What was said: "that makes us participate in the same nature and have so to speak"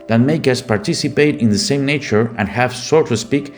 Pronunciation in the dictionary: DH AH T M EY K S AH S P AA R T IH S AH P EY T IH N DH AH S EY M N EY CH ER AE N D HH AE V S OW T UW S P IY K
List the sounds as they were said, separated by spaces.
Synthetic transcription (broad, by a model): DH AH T M EY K AH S P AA R T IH S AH P EY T IH N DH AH S EY M N EY CH ER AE N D HH AE V S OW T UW S P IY K